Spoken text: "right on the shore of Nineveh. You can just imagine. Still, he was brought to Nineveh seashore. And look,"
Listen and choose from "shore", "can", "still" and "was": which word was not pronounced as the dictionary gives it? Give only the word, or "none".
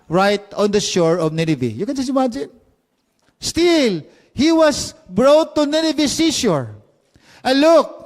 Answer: was